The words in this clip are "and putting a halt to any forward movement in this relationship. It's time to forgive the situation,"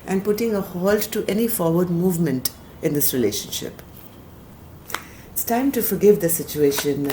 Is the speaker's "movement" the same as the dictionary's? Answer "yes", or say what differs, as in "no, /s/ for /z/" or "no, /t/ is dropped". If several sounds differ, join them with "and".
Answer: yes